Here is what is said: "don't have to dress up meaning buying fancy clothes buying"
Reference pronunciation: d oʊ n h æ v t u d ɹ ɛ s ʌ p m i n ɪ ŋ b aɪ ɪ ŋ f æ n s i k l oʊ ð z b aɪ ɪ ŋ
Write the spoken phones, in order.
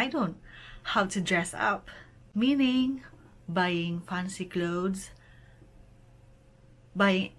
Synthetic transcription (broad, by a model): d oʊ n h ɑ w t u d ɹ ɛ s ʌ p m i n ɪ ŋ b aɪ ɪ ŋ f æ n s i k l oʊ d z b aɪ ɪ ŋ